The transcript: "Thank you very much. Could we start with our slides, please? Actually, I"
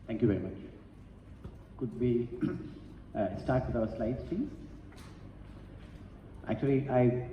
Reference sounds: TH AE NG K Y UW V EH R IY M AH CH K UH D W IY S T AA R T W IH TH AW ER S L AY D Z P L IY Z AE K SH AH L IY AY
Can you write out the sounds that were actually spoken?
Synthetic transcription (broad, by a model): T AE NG K Y UW V EH R IY M AH CH K UH D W IY S T AA R T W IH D AW ER S L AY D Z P IY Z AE K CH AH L IY AY